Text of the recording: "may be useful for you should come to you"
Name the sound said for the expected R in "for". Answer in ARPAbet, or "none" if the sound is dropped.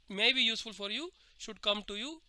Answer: R